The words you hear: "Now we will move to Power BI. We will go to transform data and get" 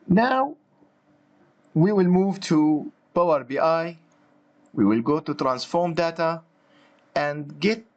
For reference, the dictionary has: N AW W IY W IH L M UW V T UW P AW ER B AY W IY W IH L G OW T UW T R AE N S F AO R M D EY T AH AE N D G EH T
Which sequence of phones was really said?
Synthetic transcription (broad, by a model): N AW W IY W IH L M UW V T UW B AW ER B AY W IY W IH L G OW T UW T R AE N S F AO R M D EY T AH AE N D G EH T